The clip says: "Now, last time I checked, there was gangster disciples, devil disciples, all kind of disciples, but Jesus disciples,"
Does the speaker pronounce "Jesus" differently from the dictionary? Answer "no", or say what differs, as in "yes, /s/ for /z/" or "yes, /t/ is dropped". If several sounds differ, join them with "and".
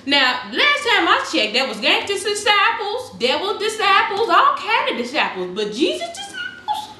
no